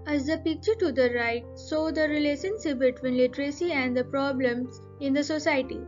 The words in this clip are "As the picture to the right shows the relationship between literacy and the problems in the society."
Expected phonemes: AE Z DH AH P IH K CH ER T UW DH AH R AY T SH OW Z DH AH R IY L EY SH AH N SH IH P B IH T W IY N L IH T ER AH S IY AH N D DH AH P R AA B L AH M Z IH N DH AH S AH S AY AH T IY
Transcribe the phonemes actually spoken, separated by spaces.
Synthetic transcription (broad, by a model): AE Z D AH P IH K CH ER T UW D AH R AY T S OW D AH R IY L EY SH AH N S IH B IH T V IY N L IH T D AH S IY AH N D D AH P R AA B L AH M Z IH N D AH S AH S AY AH T IY